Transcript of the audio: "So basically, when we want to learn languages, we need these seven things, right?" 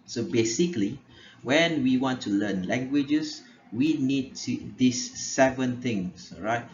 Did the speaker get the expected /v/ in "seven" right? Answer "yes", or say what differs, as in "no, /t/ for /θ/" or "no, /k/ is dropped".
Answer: yes